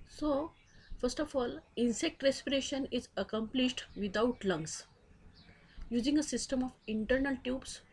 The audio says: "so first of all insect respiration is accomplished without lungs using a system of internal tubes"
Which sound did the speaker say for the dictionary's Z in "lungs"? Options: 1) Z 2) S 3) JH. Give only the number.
2